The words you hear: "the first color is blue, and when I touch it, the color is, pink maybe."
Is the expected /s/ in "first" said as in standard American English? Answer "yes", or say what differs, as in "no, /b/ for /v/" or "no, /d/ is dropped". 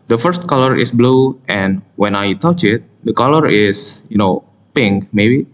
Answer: yes